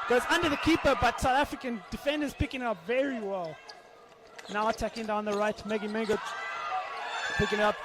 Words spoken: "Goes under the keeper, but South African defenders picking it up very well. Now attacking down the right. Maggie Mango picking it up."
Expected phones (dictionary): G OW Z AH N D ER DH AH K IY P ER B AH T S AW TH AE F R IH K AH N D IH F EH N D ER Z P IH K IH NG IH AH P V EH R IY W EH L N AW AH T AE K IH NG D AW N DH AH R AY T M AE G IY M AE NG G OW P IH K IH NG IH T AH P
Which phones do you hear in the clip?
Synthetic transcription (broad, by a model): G OW Z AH N D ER DH AH K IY P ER B AH T S AW TH AE F R IH K AH N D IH F EH N D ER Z P IH K IH NG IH AH P V EH R IY W EH L N AW AH T AE K IH NG D AW N DH AH R AY T M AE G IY M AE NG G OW P IH K IH NG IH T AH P